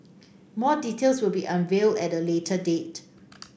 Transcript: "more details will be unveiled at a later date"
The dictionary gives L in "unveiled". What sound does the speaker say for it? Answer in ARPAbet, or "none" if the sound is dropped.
L